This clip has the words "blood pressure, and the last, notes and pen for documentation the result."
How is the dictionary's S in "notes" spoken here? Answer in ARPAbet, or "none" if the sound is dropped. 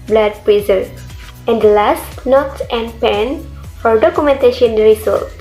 none